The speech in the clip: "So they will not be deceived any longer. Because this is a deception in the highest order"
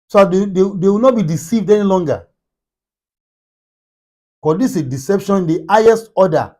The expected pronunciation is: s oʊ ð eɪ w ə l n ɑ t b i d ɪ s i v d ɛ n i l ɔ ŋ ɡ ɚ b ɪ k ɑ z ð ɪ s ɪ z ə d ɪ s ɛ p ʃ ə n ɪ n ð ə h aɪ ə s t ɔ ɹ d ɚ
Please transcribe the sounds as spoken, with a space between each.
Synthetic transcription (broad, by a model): s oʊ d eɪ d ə w n ɑ t b i d ɪ s i v d ɛ n i l ɔ ŋ ɡ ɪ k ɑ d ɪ s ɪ d ɪ s ɛ p ʃ ə n ɪ n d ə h aɪ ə s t ɔ d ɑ